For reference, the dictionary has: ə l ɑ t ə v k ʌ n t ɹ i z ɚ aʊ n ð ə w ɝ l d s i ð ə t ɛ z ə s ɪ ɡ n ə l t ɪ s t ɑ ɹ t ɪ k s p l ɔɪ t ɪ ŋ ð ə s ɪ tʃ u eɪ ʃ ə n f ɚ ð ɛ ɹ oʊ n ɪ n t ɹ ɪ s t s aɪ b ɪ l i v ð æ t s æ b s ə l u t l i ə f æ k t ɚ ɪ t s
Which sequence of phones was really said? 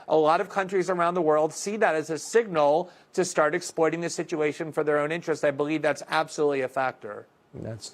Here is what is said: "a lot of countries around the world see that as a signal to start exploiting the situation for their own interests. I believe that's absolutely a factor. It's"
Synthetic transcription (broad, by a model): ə l ɑ t ə v k ʌ n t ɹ i z ɚ aʊ n ð ə w ɝ l d s i ð ə t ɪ z ə s ɪ ɡ n l t ɪ s t ɑ ɹ t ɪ k s p l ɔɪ t ɪ ŋ ð ə s ɪ tʃ u eɪ ʃ ə n f ɚ ð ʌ ɹ oʊ n ɪ n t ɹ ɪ s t aɪ b ɪ l i v ð æ t s æ b s ə l u t l i ə f æ k t ɚ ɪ t s